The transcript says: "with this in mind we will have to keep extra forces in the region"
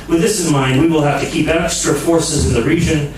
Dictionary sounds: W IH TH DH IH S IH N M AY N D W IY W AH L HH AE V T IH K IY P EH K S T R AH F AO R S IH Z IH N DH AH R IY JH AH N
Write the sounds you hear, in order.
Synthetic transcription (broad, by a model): W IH DH IH S IH N M AY N D W IY W AH L HH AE F T IH K IY P EH K S T R AH F AO R S IH Z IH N DH AH R IY JH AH N